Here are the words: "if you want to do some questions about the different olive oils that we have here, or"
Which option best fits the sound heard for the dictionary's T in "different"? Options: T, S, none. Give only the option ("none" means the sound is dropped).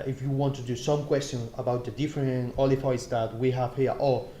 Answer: none